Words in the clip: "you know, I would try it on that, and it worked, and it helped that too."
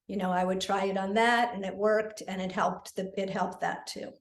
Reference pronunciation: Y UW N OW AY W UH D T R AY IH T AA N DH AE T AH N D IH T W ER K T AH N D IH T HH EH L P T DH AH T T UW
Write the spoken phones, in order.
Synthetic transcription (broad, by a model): Y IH N OW AY W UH D T R AY IH T N DH AE T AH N IH T W ER K T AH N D IH T HH EH L P T DH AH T T UW